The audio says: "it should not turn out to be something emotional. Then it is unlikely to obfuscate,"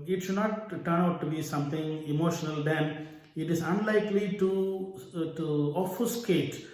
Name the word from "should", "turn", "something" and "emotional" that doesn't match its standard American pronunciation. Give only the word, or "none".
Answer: something